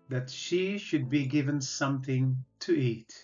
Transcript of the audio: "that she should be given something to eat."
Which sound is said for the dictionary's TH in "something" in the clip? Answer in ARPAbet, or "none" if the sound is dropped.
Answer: TH